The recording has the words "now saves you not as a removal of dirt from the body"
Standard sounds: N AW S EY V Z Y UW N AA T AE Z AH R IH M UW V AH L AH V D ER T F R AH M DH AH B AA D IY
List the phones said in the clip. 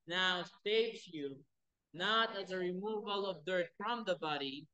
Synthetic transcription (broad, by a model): N AW S EY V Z Y UW N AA T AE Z AH R IH M UW V AH L AH V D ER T F R AH M DH AH B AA D IY